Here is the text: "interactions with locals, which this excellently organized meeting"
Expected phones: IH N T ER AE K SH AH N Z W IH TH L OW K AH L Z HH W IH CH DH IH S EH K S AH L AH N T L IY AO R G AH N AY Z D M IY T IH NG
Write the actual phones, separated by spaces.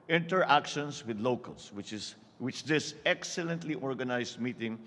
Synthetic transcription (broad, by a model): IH N T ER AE K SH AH N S W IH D L OW K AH L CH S W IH CH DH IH S EH K S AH L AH N T L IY AO R G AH N AY S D M IY T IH NG